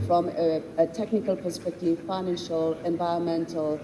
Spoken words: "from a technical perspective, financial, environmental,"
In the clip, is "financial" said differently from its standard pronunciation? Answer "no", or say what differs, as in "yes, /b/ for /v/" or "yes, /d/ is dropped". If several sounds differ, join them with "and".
no